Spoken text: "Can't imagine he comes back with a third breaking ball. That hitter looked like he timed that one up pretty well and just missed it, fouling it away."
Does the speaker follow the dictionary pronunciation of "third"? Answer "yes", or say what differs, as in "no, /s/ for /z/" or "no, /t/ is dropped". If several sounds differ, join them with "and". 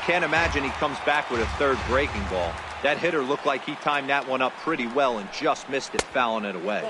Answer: yes